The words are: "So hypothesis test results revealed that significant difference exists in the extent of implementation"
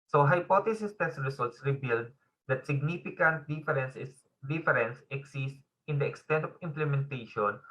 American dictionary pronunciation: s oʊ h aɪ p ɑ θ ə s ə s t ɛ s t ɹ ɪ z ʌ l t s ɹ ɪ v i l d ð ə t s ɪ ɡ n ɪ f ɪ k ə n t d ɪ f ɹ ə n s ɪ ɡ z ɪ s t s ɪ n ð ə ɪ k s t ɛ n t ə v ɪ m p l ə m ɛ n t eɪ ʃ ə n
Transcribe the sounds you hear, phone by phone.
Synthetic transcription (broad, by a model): s oʊ h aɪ p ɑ t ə s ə s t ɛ s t ɹ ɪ s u l t s ɹ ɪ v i l d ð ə t s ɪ ɡ n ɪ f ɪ k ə n t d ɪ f ɹ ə n s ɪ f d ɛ s s s ɪ n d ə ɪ k s t ɛ n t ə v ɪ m p l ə m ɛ n t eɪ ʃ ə n